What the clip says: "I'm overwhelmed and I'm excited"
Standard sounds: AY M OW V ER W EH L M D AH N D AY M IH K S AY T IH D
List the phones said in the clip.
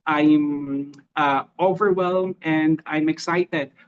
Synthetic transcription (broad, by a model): AY M OW V ER W EH L M AH N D AY M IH K S AY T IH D